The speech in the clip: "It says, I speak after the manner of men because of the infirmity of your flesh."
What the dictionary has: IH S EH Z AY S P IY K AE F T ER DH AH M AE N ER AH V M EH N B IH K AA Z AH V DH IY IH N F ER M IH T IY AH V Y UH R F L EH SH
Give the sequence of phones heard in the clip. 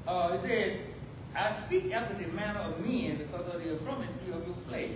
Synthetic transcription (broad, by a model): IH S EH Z AY S P IY K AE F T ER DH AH M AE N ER AH V M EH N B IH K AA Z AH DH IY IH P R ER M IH S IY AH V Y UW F L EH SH